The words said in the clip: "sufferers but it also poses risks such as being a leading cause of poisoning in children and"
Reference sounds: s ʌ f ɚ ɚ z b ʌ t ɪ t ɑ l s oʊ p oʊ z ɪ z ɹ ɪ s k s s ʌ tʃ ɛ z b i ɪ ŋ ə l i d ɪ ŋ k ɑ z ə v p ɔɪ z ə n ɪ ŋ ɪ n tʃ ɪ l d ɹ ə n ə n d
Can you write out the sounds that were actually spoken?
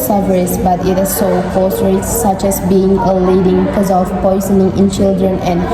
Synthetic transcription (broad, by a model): s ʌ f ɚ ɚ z b ʌ t ɪ t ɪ s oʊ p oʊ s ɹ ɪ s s s ʌ tʃ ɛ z b i ɪ ŋ ə l i d ɪ ŋ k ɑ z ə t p ɔɪ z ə n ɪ ŋ ɪ n tʃ ɪ l d ɹ ə n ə n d